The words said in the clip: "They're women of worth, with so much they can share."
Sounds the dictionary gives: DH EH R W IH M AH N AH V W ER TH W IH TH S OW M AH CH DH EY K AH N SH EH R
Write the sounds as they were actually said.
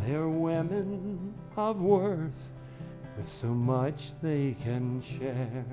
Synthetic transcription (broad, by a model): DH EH R W IH M AH N AH V W ER TH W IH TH S OW M AH CH DH EY K AH N SH EH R